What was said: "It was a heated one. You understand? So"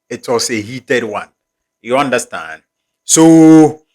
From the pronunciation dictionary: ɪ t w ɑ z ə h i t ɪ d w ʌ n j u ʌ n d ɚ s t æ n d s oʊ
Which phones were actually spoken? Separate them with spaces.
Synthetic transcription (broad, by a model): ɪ t w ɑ s ə h i t ɪ d w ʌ n j u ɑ n d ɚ s t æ n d s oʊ